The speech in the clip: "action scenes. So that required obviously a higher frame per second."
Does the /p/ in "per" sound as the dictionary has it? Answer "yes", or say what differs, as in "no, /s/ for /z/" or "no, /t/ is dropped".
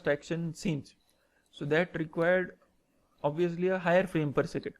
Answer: yes